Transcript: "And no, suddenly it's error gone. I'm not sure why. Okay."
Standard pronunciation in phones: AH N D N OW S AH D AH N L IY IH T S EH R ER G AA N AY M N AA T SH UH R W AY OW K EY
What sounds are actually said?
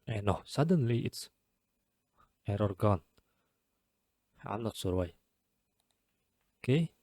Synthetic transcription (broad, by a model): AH N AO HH S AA D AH N L IY IH T S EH R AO G AA N AY M N AA T S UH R W AY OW K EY